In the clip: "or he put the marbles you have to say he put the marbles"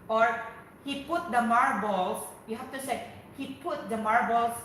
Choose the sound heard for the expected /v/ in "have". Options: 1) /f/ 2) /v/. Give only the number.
1